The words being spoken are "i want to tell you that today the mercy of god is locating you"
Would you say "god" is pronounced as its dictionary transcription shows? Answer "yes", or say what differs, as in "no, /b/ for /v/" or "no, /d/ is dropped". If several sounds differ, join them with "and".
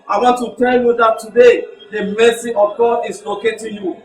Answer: no, /d/ is dropped